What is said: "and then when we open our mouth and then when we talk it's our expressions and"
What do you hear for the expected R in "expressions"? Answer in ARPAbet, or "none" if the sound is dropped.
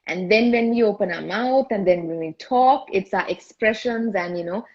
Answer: R